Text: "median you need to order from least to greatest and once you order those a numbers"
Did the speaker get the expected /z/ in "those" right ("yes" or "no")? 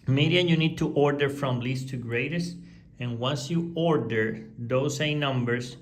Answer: no